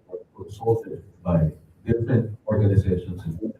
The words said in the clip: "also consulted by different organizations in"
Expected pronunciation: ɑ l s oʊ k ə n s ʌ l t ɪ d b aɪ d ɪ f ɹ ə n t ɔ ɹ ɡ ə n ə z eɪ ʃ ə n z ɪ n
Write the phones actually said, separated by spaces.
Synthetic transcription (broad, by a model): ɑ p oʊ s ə s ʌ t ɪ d b aɪ d ɪ f ɹ ə n t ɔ ɹ ɡ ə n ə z eɪ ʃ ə n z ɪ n